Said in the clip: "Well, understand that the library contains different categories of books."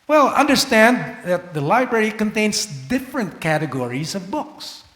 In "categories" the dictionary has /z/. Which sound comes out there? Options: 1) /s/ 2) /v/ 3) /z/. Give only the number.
3